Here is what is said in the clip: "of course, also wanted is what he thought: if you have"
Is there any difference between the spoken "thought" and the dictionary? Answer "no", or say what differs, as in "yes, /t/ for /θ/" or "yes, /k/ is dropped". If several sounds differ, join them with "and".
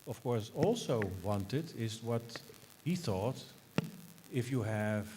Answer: no